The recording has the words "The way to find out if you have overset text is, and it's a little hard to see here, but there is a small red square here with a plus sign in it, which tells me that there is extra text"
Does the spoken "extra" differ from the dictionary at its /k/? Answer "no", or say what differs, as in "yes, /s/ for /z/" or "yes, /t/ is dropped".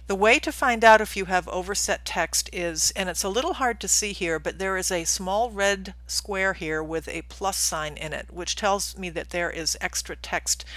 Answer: no